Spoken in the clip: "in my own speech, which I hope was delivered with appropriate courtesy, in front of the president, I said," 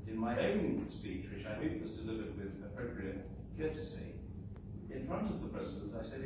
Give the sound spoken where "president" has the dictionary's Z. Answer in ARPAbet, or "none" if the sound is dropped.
Z